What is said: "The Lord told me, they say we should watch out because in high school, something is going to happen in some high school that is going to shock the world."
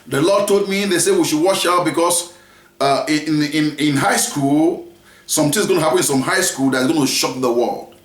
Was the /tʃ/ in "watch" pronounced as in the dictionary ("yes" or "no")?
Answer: no